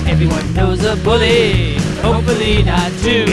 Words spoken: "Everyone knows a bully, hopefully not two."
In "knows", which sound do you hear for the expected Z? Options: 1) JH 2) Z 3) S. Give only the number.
2